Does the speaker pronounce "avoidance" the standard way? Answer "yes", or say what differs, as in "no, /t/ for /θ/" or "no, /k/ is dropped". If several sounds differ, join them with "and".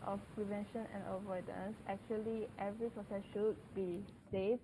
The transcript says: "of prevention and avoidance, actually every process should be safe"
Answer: yes